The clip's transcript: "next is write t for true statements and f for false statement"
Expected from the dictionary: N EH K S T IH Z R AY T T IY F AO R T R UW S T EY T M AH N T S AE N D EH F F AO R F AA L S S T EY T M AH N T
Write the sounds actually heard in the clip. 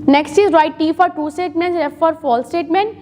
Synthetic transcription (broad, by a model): N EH K S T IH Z R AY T T IY F AO R T UW S T EY T M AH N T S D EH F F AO R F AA L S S T EY T M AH N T